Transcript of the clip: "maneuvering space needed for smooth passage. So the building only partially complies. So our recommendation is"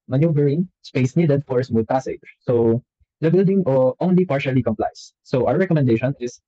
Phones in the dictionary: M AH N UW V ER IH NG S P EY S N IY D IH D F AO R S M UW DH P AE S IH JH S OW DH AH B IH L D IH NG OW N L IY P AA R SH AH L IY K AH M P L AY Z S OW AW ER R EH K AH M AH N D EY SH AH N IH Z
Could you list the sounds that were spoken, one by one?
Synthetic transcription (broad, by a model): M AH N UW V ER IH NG S P EY S N IY D IH D F AO R S M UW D P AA S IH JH S OW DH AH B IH L D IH NG OW N L IY P AA R SH AH L IY K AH M P L AY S S OW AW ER R EH K AH M AH N D EY SH AH N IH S